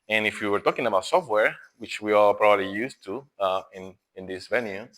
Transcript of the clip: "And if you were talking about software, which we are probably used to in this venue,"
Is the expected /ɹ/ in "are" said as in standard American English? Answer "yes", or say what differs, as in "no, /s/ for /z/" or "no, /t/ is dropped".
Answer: no, /l/ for /ɹ/